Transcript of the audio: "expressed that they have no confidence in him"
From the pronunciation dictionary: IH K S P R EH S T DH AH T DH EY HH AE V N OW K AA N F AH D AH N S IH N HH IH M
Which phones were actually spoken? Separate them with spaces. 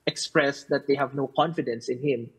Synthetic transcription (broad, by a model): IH K S P R EH S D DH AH T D EY HH AE V N OW K AA N F AH D AH N S IH N HH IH M